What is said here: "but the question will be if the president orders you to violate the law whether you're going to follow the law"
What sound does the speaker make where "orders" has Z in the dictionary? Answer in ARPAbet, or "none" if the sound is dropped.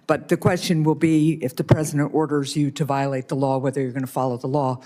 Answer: Z